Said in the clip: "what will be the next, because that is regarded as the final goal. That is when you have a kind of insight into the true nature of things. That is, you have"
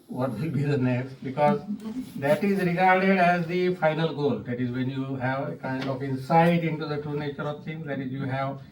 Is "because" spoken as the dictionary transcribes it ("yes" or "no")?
yes